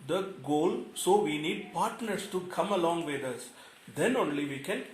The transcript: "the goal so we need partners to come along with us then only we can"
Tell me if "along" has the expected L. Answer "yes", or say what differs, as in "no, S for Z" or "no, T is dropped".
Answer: yes